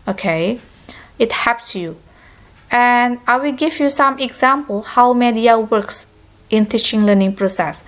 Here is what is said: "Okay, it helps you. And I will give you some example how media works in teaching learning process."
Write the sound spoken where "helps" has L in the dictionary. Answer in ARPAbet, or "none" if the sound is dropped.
none